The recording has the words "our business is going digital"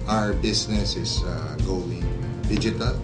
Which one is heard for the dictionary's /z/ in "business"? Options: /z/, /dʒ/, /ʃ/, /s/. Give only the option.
/s/